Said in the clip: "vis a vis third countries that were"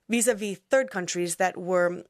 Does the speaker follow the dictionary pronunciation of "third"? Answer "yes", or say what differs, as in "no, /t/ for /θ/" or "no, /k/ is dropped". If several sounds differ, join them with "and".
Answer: yes